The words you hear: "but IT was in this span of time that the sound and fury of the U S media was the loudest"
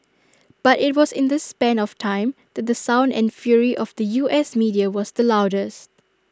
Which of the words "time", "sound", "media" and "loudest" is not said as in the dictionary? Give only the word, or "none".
none